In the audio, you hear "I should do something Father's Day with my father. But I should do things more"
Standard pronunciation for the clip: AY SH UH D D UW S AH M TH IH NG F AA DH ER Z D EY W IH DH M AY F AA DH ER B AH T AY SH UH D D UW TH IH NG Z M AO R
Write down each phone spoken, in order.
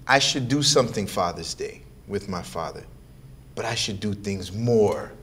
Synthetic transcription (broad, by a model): AY SH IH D D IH S AH M TH IH NG F AA DH ER Z D EY W IH DH M AY F AA DH ER B AH T AY SH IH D D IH TH IH NG Z M AO R